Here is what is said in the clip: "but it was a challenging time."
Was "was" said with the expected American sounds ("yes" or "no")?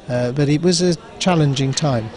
yes